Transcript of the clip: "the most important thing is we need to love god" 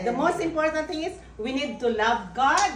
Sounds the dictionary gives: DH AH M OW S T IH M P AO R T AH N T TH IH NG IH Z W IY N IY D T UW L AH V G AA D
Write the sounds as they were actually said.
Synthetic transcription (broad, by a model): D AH M OW S T IH M P AO R T AH N T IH NG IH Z W IY N IY D T UW L AH V G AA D